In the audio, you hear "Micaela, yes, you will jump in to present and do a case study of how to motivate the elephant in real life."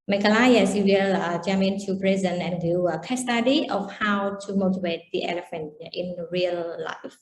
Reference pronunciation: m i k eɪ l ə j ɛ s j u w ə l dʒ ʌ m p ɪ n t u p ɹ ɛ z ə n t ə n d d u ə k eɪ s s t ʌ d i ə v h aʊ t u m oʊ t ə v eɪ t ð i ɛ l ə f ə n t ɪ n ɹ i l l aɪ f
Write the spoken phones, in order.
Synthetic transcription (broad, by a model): m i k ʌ l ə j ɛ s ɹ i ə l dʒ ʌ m ɪ n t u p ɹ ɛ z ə n ə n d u ə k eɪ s s t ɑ d i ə f h aʊ t u m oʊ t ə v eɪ t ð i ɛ l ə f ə n t ɪ n ɹ i l l aɪ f